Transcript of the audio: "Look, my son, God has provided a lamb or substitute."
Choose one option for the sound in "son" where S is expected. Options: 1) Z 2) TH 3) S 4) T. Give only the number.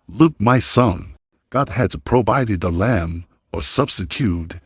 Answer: 3